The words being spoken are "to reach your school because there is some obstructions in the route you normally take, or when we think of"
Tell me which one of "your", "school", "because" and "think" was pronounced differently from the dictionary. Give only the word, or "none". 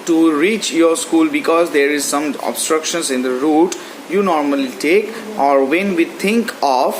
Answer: think